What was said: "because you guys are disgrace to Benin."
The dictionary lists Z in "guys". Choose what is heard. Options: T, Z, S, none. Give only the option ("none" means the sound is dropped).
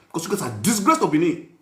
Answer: S